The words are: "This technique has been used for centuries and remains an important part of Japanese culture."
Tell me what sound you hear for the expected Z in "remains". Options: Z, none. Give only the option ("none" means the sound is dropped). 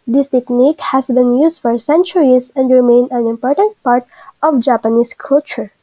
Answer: none